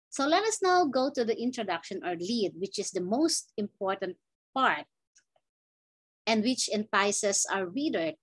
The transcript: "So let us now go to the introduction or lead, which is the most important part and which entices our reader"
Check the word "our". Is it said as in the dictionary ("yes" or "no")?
yes